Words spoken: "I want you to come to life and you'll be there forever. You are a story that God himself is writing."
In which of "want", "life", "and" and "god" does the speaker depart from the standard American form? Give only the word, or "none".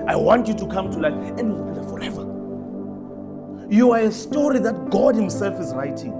life